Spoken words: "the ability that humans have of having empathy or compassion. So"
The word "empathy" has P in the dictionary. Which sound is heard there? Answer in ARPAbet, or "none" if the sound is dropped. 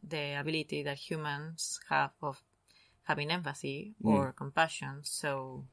F